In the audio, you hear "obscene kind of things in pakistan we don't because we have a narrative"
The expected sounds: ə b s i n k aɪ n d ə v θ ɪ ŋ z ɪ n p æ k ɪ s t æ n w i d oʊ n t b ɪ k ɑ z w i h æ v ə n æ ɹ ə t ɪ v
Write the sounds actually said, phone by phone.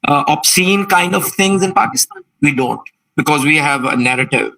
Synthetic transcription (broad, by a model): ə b s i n k aɪ n d ə v t ɪ ŋ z ɪ n p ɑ k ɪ s t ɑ n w i d oʊ n t b ɪ k ɑ z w i h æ v ə n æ ɹ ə t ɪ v